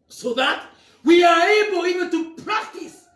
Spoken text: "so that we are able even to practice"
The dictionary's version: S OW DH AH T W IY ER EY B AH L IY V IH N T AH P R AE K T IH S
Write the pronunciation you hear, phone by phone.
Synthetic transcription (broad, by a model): S OW DH AH T W IY ER EY B AH L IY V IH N T AH P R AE K T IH S